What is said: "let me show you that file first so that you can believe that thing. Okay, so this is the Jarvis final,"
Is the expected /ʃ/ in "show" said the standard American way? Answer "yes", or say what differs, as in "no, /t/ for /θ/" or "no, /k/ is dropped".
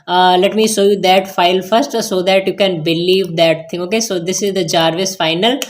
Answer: no, /s/ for /ʃ/